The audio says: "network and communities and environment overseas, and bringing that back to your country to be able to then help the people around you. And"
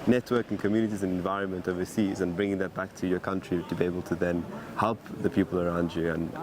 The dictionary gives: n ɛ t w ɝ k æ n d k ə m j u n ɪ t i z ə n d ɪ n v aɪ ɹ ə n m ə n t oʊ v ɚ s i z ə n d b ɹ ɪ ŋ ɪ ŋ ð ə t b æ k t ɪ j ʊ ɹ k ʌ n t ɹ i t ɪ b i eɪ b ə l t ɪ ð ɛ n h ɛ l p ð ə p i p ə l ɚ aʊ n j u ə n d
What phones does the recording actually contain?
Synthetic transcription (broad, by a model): n ɛ t w ɝ k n k ə m j u n ɪ t i z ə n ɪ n v aɪ ɹ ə n m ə n t oʊ v ɚ s i z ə n b ɹ ɪ ŋ ɪ ŋ ð ə t b æ k t ɪ j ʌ ɹ k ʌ n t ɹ i t ɪ b i eɪ b ə l t ɪ ð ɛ n h ɛ l p ð ə p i p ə l ɚ aʊ n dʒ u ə n